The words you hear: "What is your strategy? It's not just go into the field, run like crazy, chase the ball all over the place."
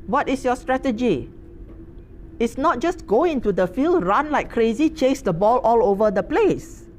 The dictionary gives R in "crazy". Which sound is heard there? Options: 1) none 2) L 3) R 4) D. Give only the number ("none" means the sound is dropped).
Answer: 3